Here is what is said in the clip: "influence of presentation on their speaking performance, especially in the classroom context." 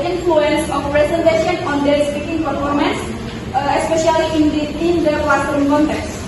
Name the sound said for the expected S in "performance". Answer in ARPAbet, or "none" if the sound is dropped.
S